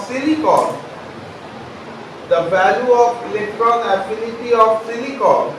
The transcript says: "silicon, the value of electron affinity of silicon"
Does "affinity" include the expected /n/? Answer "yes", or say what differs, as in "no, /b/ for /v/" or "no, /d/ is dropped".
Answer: no, /l/ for /n/